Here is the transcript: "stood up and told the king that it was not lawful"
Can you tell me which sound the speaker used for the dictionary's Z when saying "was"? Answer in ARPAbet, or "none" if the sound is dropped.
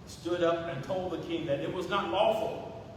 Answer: Z